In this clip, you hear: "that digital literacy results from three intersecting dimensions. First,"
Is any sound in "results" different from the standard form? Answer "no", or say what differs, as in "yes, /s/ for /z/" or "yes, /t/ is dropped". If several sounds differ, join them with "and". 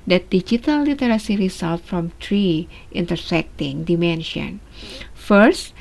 yes, /s/ is dropped